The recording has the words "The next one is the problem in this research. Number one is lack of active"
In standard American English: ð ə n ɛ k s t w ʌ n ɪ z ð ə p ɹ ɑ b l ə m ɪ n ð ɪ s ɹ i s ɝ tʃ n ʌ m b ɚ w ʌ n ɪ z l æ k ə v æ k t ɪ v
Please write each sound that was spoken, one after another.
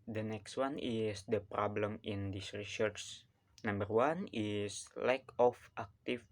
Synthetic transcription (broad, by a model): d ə n ɛ k s t w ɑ n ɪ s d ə p ɹ ɑ b l ə m ɪ n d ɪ s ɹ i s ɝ s n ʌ m b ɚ w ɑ n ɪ s l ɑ k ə f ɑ k t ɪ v